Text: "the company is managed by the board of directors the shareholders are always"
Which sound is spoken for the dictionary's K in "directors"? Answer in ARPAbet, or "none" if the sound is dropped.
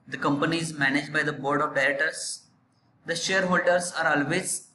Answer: none